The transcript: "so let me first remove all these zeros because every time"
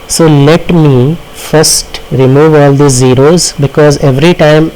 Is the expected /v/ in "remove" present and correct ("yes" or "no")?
yes